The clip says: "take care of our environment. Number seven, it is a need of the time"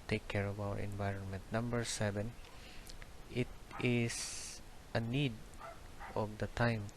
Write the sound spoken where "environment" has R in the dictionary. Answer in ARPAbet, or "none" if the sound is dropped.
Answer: R